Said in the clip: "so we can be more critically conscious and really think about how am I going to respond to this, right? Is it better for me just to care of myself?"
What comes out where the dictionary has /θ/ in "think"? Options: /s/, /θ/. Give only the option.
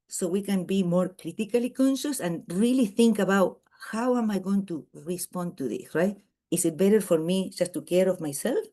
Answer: /θ/